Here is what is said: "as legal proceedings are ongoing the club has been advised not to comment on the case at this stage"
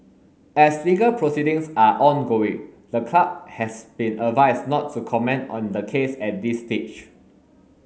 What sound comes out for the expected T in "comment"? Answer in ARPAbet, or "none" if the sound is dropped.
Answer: T